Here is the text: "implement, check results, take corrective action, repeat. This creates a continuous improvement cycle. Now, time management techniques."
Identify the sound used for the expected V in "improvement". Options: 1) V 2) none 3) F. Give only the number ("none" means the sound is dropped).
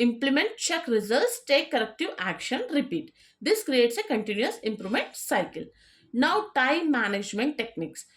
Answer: 2